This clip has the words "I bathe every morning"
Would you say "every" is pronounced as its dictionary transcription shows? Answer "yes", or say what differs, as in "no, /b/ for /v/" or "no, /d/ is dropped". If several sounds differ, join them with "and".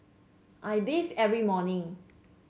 yes